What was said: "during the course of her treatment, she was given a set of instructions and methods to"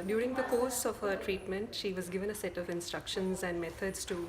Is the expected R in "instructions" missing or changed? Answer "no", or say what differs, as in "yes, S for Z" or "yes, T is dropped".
no